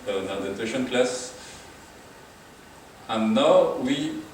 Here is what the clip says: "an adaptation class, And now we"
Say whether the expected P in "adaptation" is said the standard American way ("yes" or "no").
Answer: no